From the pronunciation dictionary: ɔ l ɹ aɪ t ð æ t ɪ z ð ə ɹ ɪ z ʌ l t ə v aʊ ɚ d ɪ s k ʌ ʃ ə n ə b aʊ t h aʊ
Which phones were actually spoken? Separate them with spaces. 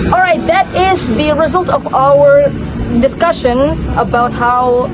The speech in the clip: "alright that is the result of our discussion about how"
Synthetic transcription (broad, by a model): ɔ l ɹ aɪ t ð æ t ɪ z ð ə ɹ ɪ z ʌ l t ə v aʊ ɚ d ɪ s k ʌ ʃ ə n ə b aʊ t h aʊ